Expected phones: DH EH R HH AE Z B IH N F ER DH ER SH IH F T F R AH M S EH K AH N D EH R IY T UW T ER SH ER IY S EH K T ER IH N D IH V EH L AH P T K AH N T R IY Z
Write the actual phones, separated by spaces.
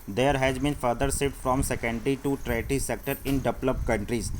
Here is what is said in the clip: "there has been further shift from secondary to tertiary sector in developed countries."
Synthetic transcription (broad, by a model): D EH R HH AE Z B IH N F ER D ER S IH T F R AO M S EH K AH N D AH R IY T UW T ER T IY S EH K T ER IH N D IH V L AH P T K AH N T R IY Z